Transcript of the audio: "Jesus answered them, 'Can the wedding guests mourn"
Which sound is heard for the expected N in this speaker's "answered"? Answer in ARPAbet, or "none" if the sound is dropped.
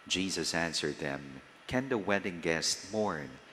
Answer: N